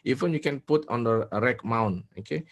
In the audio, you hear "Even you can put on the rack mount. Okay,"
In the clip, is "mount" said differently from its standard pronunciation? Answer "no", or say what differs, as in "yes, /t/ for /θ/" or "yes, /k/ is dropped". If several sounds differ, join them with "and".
yes, /t/ is dropped